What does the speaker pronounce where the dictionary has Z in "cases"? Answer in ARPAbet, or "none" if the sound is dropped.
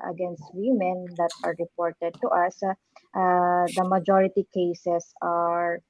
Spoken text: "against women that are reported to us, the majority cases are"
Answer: S